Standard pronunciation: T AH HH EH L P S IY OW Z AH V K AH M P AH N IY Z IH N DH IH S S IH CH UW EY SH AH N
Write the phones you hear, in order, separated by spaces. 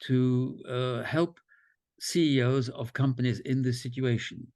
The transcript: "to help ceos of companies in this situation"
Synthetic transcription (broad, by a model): T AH HH EH L P S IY OW Z AH V K AH M P AH N IY Z IH N DH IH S S IH CH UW EY SH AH N